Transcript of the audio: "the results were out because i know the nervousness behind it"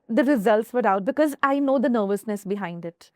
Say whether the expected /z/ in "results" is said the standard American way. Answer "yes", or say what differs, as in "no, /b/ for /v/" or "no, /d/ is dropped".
yes